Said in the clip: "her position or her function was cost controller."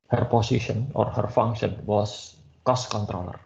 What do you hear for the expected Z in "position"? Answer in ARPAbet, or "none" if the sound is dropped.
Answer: S